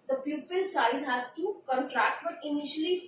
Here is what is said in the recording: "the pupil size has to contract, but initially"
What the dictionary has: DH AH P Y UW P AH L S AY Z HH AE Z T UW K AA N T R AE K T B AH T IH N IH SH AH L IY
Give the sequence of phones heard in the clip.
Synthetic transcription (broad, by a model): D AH P Y UW P AH L S AY Z HH AE Z T UW K AA N T R AE K T B AH T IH N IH SH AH L IY